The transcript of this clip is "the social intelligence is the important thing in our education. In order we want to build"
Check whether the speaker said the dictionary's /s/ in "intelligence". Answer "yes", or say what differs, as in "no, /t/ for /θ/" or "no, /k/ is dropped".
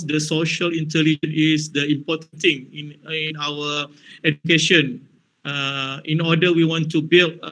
no, /s/ is dropped